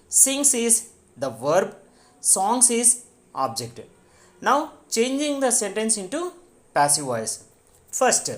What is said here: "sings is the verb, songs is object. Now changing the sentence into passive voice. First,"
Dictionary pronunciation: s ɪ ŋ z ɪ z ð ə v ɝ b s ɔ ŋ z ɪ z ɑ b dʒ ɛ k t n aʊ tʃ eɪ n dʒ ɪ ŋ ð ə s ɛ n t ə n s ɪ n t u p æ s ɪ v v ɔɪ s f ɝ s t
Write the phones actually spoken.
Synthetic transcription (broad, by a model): s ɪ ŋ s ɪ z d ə v ɝ b s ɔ ŋ s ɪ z ɑ b dʒ ɛ k t n aʊ tʃ eɪ n dʒ ɪ ŋ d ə s ɛ n t ə n s ɪ n t u p æ s ɪ v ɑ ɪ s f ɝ s t